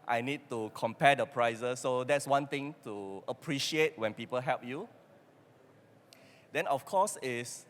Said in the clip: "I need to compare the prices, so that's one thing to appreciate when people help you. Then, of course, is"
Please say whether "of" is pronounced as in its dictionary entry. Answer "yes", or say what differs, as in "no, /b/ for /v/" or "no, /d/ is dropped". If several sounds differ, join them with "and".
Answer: no, /f/ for /v/